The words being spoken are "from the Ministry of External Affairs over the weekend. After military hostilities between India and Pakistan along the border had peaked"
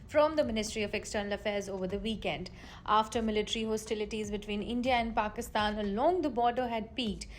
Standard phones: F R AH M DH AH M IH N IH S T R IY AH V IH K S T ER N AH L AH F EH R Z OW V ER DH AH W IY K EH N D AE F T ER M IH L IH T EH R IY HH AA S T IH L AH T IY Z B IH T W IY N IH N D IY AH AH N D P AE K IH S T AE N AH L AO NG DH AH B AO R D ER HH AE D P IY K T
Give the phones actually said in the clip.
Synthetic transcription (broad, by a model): F R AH M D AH M IH N IH S T R IY AH V IH K S T ER N AH L AH F EH R Z OW V ER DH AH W IY K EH N D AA F T ER M IH L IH T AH R IY HH AA S T IH L AH T IY Z B IH T W IY N IH N D IY AH AH N D P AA K IH S T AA N AH L AO NG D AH B AO R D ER HH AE D P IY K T